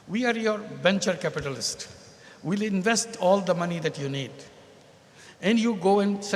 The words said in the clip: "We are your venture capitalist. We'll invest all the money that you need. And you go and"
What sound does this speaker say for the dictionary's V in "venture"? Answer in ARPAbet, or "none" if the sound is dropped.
B